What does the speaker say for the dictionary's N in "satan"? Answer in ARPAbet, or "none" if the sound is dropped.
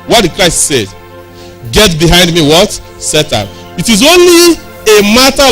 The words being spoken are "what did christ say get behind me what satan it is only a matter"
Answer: none